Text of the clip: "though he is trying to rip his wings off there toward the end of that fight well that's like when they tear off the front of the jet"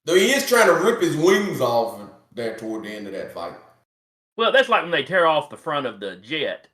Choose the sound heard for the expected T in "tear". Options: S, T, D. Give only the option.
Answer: T